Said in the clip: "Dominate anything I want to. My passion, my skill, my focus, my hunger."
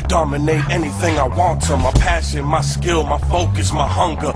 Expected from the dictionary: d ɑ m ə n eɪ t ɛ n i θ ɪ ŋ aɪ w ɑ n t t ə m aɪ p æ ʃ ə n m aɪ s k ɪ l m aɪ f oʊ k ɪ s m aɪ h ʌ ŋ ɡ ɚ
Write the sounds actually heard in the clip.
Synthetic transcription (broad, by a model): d ɑ m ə n eɪ t ɛ n i θ ɪ ŋ aɪ w ɑ n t t ə m aɪ p æ ʃ ə n m aɪ s k ɪ l m aɪ f oʊ k ɪ s m aɪ h ʌ ŋ ɡ ɚ